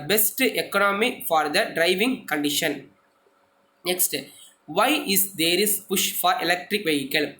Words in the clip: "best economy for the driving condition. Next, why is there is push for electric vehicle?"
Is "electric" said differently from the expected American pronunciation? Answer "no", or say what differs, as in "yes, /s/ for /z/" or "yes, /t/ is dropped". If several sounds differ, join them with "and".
no